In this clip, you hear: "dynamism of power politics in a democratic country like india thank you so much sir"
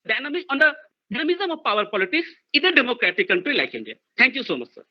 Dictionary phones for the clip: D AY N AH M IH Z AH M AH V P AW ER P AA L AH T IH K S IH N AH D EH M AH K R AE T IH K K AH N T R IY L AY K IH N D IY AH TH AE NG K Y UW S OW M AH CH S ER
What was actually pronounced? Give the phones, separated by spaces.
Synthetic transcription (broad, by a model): D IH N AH M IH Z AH M AH V P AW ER P AA L AH T IH K S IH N AH D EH M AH K R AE T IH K K AH N T R IY L AY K IH N D IY AH T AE NG K Y UW S OW M AH CH S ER